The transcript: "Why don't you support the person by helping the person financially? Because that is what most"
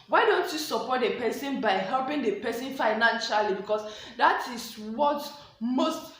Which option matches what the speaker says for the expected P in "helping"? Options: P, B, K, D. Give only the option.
P